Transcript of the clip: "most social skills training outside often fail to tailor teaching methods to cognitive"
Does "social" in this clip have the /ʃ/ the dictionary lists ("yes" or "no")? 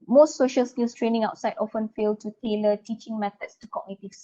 yes